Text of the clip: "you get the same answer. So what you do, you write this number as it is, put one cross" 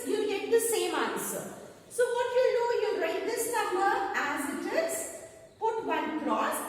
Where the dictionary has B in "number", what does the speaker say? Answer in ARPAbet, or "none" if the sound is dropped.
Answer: none